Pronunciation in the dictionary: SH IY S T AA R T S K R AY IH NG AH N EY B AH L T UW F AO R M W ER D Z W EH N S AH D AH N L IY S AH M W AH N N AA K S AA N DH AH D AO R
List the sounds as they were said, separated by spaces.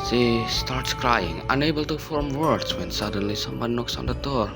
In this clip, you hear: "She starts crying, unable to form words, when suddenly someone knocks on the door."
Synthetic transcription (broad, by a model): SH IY S T AA R T S K R AY IH NG AH N EY B AH L T UW F AO R M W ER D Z W EH N S AH D AH N L IY S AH M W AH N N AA K S AA N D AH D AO R